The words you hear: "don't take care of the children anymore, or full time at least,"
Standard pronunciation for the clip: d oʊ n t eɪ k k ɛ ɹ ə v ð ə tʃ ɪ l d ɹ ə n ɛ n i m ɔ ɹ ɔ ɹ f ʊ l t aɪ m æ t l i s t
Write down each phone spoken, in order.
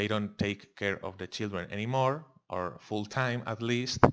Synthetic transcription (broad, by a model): d oʊ n t eɪ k k ɛ ɹ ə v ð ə tʃ ɪ l d ɹ ə n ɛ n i m ɔ ɹ ɔ ɹ f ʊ l t aɪ m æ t l i s t